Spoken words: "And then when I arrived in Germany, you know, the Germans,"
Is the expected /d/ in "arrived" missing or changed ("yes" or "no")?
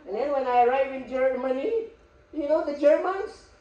yes